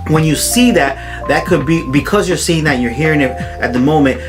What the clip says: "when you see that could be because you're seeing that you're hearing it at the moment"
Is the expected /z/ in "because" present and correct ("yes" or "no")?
yes